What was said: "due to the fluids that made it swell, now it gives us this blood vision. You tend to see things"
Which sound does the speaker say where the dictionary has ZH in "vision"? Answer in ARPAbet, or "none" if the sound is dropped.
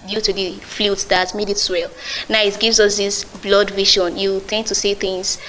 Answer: SH